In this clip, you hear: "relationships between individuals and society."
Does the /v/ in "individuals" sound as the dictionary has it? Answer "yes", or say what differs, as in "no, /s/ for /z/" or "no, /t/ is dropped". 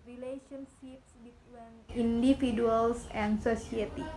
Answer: no, /f/ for /v/